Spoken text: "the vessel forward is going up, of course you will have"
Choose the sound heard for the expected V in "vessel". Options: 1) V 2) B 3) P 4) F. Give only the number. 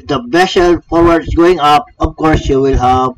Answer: 2